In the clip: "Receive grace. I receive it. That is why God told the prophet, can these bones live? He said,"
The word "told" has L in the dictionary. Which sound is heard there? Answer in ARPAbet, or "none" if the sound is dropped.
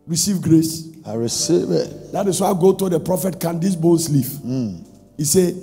none